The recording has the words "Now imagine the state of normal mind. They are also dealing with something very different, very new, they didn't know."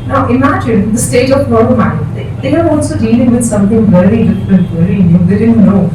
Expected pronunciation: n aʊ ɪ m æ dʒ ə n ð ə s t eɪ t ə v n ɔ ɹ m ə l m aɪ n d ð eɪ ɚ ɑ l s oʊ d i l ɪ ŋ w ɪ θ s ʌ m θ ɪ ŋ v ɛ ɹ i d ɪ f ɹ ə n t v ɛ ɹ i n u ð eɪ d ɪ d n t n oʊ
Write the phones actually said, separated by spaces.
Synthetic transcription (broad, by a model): n aʊ ɪ m æ dʒ ə n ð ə s t eɪ t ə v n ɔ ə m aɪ d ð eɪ ɚ ɑ l s oʊ d i l ɪ ŋ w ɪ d s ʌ m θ ɪ ŋ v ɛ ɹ i d ɪ f ɹ ə n t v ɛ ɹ i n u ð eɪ d ɪ d n t n oʊ